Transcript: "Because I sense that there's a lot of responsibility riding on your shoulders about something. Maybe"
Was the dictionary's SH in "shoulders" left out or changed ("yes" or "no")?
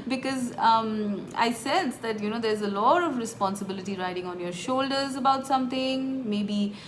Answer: no